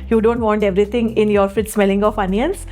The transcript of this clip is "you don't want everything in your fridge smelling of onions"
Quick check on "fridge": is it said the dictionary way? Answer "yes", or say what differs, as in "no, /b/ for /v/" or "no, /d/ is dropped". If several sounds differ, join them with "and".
no, /ɹ/ is dropped